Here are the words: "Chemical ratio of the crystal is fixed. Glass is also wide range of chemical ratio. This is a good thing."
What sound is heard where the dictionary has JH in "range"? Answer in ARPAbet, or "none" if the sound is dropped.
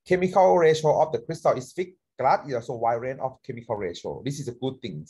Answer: none